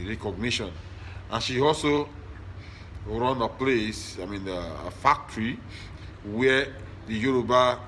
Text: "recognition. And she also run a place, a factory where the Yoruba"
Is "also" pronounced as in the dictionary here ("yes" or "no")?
yes